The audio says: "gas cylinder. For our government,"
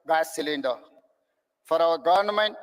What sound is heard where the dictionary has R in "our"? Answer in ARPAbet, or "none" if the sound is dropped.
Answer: W